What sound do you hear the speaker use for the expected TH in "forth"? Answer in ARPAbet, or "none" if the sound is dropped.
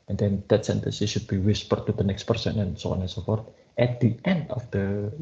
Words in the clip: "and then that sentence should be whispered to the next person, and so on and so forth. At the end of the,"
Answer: T